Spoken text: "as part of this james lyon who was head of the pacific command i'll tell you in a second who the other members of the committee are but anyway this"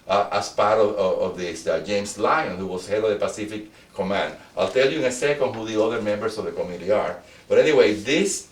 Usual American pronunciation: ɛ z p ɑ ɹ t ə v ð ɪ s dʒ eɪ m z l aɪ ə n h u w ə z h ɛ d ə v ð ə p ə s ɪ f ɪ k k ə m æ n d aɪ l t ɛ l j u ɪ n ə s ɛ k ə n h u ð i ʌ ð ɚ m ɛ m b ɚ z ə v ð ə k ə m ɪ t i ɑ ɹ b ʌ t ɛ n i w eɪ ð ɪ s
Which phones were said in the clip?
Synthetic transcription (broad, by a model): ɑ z p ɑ ɹ t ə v ð ɪ s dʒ eɪ m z l aɪ ə n h u w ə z h ɛ d ə v ð ə p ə s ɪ f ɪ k k ə m æ n d aɪ l t ɛ l j u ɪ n ə s ɛ k ə n h u ð i ʌ ð ɚ m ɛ m b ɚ s ə v ð ə k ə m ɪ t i ɑ ɹ b ʌ t ɛ n i w eɪ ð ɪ s